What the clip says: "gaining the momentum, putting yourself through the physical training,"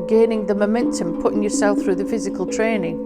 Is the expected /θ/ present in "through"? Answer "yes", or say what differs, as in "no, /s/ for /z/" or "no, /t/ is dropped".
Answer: yes